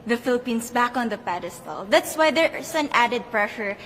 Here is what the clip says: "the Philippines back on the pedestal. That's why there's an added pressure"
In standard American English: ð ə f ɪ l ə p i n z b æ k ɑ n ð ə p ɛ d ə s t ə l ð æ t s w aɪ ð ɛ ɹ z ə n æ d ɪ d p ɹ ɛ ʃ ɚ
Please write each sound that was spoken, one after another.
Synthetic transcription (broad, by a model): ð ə f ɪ l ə p i n s b æ k ɑ n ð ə p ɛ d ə s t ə l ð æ t s w aɪ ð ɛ ɹ s ə n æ d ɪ d p ɹ ɛ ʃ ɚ